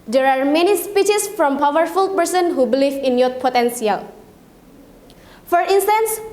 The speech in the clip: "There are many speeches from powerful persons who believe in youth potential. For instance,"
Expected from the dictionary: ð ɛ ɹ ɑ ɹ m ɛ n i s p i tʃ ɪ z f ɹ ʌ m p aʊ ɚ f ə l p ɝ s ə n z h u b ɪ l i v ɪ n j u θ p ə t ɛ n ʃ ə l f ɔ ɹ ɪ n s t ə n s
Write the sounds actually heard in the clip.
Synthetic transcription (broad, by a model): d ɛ ɹ ɑ ɹ m ɛ n i s p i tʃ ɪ s f ɹ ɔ m p aʊ ɚ f ə l p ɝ s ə n h u b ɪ l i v ɪ n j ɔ t p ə t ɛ n s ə l f ɔ ɹ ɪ n s t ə n s